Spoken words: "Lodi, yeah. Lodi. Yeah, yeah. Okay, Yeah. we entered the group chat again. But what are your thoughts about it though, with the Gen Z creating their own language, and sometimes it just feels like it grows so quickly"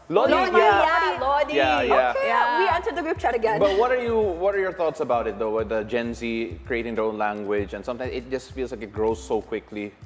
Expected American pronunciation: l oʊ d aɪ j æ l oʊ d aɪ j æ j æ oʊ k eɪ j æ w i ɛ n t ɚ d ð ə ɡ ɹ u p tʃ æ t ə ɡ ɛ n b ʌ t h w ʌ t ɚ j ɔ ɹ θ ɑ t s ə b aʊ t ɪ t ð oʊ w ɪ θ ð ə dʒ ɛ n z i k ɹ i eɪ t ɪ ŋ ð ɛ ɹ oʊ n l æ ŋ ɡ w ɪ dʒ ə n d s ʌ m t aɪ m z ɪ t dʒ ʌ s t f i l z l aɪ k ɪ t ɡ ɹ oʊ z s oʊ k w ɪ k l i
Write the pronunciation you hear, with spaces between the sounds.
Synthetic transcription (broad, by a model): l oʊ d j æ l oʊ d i j æ j æ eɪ j æ w i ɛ n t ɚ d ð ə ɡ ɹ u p tʃ æ t ə ɡ ɛ n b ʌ t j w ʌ t ɚ j ɔ ɹ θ ɑ t s ə b aʊ t ɪ t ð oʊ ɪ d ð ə dʒ ɛ n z i k ɹ i eɪ t ɪ ŋ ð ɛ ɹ oʊ n l æ ŋ ɡ w ɪ dʒ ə n s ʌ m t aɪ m ɪ t dʒ ʌ s t f i l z l aɪ k ɪ t ɡ ɹ oʊ z s oʊ k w ɪ k l i